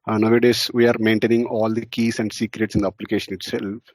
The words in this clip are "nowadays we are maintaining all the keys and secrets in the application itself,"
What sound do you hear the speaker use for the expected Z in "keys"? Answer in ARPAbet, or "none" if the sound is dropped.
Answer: S